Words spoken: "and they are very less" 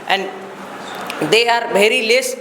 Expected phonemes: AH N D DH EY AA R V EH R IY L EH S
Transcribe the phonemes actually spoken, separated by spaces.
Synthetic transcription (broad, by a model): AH N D EY AA R B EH R IY L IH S